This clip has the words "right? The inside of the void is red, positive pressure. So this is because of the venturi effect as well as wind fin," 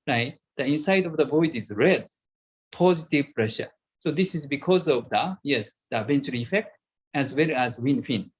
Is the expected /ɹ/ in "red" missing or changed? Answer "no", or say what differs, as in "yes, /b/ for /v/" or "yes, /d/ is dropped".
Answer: no